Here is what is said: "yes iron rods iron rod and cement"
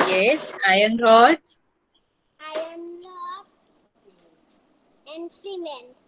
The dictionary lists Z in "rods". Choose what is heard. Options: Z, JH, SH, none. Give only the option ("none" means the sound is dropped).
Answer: none